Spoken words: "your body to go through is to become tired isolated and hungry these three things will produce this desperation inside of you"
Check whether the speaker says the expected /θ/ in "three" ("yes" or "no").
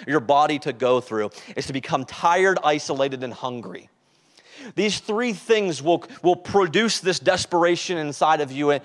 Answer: yes